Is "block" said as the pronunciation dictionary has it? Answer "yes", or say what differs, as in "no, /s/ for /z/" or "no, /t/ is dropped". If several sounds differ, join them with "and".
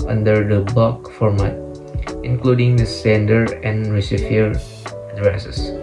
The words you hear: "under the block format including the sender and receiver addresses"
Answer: no, /l/ is dropped